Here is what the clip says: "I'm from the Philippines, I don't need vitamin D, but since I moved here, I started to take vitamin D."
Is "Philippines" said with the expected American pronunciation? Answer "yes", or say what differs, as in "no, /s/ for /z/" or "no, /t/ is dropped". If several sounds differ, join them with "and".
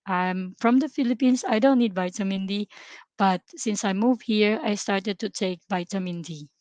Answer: no, /s/ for /z/